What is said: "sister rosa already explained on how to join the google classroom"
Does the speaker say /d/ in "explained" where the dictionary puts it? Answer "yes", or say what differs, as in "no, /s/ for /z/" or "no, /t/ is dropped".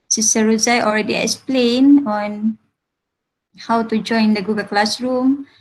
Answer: no, /d/ is dropped